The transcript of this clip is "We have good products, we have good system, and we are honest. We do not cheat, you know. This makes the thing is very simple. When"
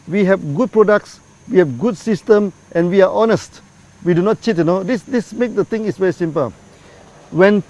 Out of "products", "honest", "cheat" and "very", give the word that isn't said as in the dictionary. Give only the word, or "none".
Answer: none